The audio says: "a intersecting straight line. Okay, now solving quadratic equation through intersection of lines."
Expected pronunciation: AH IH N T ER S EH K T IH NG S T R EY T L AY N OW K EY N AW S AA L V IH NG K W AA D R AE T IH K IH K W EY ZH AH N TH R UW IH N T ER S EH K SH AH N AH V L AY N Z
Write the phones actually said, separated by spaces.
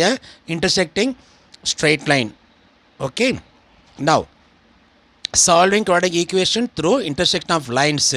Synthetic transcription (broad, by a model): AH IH N T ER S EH K T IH NG S T R EY T L AY N OW K EY N AW S AA L V IH NG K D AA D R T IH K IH K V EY SH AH N T R UW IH N T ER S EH K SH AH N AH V L AY N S